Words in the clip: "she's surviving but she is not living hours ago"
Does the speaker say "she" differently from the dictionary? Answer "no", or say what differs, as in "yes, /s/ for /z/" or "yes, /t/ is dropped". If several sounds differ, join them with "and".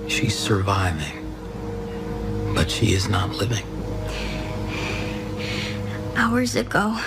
no